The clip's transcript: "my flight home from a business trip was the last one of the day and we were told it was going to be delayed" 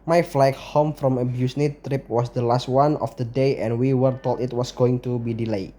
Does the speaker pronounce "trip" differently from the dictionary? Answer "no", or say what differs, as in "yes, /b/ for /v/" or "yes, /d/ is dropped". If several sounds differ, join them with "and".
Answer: no